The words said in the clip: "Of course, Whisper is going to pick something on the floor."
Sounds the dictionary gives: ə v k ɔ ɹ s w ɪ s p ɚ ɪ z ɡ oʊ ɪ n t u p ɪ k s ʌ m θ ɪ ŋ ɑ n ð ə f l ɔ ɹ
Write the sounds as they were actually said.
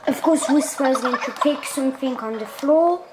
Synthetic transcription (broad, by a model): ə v k ɔ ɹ s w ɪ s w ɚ ɪ z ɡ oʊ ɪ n t u p ɪ k s ʌ m θ ɪ ŋ ɑ n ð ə f l ɔ